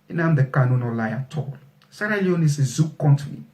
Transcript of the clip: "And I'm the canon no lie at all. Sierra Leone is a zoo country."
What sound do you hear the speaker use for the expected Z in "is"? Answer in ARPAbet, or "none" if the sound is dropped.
S